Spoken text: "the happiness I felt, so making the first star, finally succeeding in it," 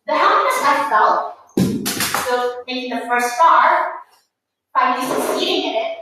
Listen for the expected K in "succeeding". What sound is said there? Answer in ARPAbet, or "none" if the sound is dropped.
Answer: none